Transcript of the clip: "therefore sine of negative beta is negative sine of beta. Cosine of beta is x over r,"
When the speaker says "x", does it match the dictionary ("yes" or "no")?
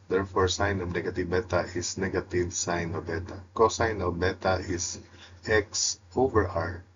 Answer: yes